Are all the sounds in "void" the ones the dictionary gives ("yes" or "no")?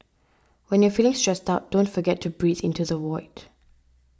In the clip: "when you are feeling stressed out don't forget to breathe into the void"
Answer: no